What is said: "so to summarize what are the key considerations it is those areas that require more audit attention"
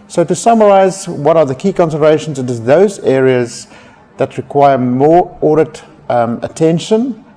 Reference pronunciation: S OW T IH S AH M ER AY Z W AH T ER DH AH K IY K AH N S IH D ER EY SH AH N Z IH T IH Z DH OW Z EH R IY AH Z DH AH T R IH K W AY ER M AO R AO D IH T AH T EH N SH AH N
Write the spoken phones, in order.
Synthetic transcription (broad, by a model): S OW T IH S AH M ER AY Z W AH T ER DH AH K IY K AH N S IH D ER EY SH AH N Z IH T IH Z DH OW Z EH R IY AH Z DH AH T R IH K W AY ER M AO R AO D IH T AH T EH N SH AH N